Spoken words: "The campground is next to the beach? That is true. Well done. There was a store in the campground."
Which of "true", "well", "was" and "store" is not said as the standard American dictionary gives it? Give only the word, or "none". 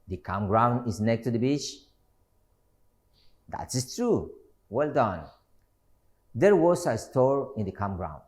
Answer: was